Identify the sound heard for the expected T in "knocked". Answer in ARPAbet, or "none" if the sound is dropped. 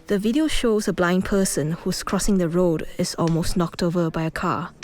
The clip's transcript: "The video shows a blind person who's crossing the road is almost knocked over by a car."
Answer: T